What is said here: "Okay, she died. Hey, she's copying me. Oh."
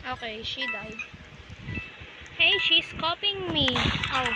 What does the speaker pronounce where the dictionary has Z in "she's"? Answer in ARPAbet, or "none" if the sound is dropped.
S